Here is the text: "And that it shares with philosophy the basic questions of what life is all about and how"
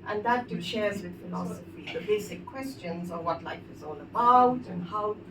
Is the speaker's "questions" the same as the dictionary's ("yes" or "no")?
yes